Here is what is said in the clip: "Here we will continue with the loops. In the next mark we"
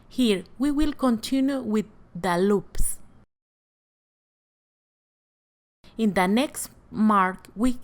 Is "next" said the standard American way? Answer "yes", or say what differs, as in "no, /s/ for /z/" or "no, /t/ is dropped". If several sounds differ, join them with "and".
yes